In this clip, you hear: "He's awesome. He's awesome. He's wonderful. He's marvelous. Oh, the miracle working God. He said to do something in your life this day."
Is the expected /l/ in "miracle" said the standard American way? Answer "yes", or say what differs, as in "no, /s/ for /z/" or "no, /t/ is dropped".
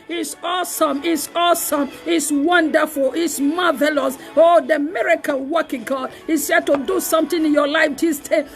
no, /n/ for /l/